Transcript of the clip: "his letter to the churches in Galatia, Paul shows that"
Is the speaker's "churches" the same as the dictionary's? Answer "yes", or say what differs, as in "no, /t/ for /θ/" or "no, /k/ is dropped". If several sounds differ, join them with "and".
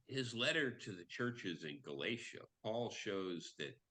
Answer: yes